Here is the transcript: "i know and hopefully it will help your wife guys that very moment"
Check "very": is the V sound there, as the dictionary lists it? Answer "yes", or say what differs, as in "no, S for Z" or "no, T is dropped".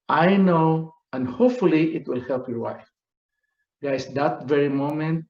yes